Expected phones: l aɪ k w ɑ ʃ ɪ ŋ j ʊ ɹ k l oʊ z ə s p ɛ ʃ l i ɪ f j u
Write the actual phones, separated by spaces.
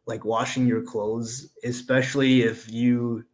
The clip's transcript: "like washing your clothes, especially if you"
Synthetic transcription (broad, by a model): l aɪ k w ɑ ʃ ɪ ŋ j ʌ ɹ k l oʊ z ə s p ɛ ʃ l i ɪ f j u